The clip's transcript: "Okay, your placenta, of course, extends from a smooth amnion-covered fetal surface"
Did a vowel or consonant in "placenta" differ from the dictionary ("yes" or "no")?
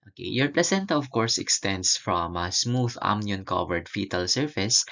no